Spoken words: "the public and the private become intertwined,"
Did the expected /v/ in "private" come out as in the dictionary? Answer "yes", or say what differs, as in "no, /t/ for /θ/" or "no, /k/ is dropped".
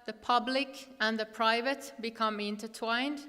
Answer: yes